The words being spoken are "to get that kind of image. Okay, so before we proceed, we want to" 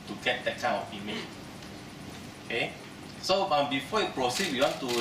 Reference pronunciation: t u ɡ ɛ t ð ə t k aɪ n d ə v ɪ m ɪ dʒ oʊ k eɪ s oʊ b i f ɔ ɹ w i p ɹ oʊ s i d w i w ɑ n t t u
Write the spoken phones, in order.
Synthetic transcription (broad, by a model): t u ɡ ɛ t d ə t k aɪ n ə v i m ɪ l oʊ k eɪ s oʊ b i f ɔ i p ɹ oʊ s i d w i w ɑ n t t u